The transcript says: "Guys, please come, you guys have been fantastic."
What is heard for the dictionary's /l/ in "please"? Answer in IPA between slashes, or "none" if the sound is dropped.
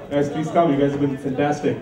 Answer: none